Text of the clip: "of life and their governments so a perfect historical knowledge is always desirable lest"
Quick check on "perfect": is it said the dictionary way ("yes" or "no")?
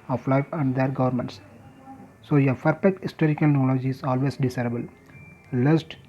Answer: no